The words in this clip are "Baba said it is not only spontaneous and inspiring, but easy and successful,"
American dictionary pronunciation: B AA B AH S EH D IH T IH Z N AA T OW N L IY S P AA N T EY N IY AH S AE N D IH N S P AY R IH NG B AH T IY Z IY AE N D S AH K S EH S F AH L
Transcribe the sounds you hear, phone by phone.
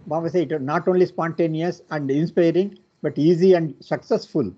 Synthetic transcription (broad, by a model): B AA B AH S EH IH T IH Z N AA T OW N L IY S P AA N T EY N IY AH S AE N D IH N S P AY R IH NG B AH T IY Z IY AE N D S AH K S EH S F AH L